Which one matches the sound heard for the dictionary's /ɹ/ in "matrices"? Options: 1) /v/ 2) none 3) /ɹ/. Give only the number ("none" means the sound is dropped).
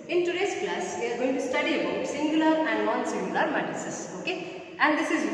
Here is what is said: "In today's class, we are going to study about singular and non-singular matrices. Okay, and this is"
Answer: 2